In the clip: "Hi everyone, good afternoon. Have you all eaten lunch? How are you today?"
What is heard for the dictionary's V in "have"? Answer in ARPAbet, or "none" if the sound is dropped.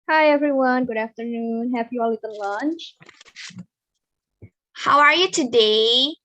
P